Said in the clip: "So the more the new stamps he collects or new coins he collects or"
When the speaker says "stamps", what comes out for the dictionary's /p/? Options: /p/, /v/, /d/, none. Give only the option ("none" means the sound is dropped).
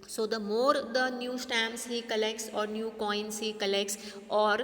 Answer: none